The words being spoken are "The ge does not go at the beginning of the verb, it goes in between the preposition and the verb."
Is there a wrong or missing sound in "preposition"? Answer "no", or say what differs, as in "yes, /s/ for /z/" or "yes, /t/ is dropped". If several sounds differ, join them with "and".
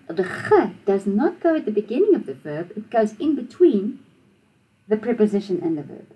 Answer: no